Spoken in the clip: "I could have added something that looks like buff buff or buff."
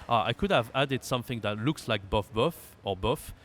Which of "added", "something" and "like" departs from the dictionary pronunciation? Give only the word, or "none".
none